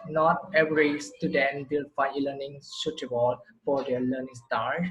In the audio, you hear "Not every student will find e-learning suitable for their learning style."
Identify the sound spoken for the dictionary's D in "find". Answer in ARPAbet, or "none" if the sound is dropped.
none